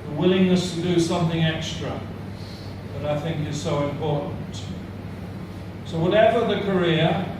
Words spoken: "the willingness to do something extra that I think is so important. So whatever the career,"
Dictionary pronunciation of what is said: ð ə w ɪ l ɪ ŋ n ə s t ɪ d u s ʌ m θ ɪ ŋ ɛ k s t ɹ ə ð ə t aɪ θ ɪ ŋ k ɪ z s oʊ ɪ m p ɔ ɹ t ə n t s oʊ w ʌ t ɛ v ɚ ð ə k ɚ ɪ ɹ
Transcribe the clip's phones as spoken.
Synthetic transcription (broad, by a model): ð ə w ɪ l ɪ ŋ n ə s t ɪ d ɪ s ʌ m θ ɪ ŋ ɛ k s t ɹ ə ð ə t aɪ θ ɪ ŋ k ɪ z s oʊ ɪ m p ɔ ɹ t n t s oʊ w ʌ t ɛ v ɚ ð ə k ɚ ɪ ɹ